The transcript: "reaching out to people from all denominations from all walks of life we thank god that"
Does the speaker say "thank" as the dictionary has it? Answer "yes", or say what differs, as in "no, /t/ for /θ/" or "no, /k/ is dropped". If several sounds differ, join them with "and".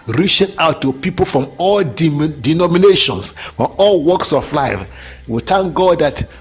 no, /t/ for /θ/